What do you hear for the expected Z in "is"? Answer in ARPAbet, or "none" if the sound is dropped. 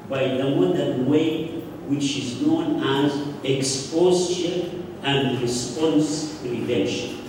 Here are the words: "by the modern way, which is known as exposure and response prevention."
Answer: Z